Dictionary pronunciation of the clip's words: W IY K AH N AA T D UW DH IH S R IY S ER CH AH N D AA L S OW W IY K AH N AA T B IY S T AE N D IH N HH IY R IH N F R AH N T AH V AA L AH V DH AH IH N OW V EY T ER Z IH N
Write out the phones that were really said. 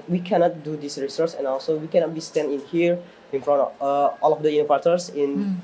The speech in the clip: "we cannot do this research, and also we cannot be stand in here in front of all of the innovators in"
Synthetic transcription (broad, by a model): W IY K AH N AA T D UW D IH S R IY S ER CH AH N AA L S OW W IY K AH N AA T B IY S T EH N IH N HH IY R IH N F R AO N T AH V AA L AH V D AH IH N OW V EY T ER S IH N